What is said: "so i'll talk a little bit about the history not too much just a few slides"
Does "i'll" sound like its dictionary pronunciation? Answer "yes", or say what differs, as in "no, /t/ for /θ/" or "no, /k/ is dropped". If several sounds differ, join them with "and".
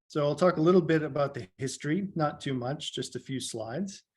yes